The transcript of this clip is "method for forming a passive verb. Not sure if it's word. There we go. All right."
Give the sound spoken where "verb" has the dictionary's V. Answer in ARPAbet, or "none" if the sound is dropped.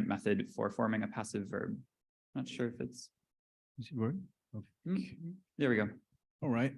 V